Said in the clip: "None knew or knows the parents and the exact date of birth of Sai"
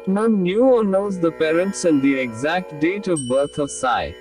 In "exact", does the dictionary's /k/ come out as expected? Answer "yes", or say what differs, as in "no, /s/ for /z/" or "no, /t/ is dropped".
yes